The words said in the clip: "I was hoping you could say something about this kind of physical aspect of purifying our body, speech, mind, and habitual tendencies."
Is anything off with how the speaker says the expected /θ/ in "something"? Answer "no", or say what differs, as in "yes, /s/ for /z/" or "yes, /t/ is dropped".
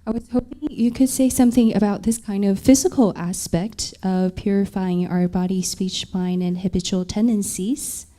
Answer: no